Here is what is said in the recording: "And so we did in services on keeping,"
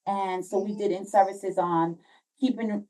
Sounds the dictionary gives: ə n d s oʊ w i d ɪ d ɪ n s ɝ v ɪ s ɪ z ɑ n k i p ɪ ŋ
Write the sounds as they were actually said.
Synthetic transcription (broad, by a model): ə n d s oʊ w i d ɪ d ɪ n s ɝ v ɪ s ɪ z n k i p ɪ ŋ